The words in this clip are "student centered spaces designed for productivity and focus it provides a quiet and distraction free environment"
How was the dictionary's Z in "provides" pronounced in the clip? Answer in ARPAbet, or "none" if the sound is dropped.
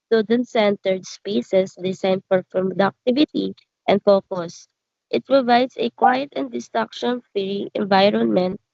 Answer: S